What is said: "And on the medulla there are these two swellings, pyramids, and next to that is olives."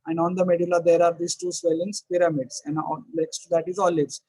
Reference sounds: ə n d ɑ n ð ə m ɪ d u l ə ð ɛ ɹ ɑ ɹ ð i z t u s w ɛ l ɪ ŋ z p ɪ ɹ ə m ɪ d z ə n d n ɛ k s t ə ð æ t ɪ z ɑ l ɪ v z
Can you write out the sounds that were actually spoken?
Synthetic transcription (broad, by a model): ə n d ɑ n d ə m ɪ d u l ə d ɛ ɹ ɑ ɹ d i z t u s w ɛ l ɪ ŋ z p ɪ ɹ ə m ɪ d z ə n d l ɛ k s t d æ t ɪ z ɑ l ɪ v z